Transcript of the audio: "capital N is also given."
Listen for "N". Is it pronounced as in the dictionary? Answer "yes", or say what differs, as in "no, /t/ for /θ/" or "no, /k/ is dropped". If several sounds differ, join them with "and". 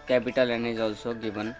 yes